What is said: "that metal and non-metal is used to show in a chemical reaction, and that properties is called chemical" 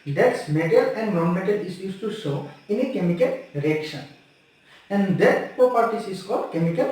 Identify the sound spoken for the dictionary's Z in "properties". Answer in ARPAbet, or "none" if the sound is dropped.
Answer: S